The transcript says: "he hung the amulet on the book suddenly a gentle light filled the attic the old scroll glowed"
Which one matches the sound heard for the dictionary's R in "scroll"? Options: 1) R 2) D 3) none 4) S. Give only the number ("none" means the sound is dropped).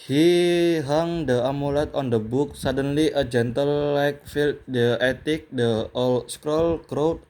1